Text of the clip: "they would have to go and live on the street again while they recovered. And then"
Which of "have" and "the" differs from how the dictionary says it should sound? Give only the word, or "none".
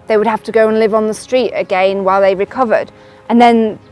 have